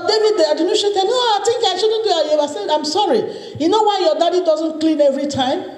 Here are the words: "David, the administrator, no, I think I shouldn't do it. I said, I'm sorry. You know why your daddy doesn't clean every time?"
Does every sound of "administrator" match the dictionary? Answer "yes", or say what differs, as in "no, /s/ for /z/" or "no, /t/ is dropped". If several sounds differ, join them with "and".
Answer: no, /m/ is dropped